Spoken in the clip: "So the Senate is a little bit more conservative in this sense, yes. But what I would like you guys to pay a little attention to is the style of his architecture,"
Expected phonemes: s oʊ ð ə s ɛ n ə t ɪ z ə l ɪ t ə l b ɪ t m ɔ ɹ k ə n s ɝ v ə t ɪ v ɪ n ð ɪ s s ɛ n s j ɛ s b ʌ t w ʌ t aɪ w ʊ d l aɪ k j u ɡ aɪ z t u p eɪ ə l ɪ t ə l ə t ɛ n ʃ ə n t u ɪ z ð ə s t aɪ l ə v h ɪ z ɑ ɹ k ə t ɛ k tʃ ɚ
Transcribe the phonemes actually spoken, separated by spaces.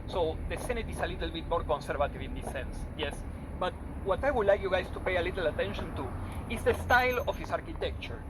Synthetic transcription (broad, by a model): s oʊ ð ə s ɛ n ə t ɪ s ə l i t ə l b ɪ t m ɔ ɹ k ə n s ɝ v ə t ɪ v ɪ n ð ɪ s s ɛ n s j ɛ s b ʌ t w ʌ t aɪ w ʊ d l aɪ k j u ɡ aɪ s t u p eɪ ə l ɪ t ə l ə t ɛ n ʃ ə n t u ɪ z ð ə s t aɪ l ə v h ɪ s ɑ ɹ k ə t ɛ k tʃ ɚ